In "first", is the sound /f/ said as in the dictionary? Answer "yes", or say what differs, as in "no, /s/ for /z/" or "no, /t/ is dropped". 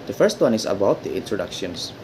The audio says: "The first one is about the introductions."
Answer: yes